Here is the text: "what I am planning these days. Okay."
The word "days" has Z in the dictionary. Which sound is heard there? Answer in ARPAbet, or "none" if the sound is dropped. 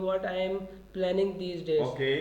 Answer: none